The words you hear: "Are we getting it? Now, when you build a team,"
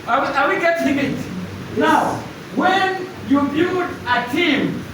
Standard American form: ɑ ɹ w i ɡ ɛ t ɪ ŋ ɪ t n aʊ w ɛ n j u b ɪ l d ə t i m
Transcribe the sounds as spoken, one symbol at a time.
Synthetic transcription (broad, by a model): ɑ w w i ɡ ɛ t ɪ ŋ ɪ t n aʊ w ɛ n j u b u d ə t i m